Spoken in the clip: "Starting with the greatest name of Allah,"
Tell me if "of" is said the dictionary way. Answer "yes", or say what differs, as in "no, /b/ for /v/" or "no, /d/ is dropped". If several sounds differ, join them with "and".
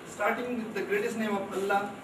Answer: no, /p/ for /v/